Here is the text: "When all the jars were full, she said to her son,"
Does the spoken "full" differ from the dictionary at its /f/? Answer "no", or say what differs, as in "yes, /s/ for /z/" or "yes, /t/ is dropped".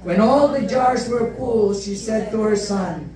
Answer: yes, /p/ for /f/